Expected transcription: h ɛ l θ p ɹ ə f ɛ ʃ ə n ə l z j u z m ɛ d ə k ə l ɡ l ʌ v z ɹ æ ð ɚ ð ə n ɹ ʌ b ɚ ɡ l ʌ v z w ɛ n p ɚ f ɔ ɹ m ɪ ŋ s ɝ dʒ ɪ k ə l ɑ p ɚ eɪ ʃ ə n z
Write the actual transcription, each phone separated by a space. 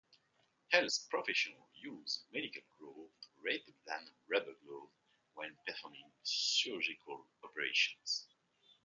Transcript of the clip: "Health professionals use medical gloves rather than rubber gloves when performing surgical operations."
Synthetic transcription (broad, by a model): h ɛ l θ p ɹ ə f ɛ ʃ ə n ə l j u z m ɛ d ə k ə l ɡ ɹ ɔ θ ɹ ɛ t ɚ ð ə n ɹ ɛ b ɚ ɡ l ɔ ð w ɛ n p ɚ f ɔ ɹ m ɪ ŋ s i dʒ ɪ k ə l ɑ p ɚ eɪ ʃ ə n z